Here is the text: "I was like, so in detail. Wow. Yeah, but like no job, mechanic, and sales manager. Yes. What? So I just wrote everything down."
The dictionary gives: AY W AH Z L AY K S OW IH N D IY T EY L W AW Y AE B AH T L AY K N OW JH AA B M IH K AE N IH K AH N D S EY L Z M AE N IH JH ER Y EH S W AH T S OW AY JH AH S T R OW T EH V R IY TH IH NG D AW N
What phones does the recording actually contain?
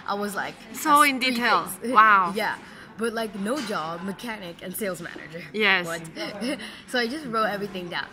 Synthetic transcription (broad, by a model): AY W AH Z L AY K S OW IH N D IY T EY L W AW Y AE B AH T L AY K N OW JH AA B M IH K AE N IH K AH N S EY L Z M AE N IH JH ER Y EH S W AH T S OW AY JH AH S T R OW T EH V R IY TH IH NG D AW N